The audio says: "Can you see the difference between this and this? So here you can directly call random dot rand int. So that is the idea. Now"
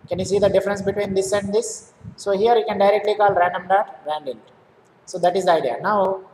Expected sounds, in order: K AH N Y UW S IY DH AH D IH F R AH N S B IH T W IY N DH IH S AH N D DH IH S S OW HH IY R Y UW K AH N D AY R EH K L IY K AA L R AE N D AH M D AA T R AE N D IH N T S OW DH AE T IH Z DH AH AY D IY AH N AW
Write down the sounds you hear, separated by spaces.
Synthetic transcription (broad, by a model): K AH N Y UW S IY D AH D IH F R AH N S B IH T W IY N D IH S AH N D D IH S S OW HH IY R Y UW K AH N D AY R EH K L IY K AA L R AE N D AH M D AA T R AE N D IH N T S OW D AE T IH Z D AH AY D IY AH N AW